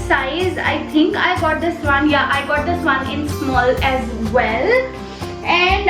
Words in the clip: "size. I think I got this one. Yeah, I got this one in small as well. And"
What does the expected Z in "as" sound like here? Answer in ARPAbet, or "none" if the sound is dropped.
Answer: Z